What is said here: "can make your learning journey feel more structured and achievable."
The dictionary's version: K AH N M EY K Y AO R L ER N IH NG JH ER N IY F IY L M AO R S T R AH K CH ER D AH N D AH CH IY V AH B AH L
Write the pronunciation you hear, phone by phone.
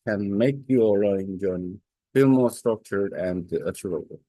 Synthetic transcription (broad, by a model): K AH N M EY K Y AO R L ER IH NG JH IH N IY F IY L M AO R S T R AH K CH ER D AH N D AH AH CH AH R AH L